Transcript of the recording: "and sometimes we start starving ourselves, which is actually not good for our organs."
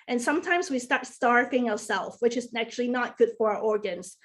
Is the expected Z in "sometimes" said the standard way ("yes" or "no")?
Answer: yes